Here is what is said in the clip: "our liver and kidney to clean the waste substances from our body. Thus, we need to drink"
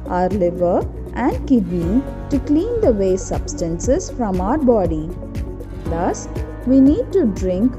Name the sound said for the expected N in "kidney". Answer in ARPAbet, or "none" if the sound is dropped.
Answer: none